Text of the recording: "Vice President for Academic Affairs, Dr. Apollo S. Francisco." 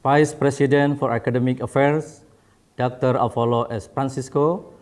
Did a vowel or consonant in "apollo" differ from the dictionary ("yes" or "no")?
yes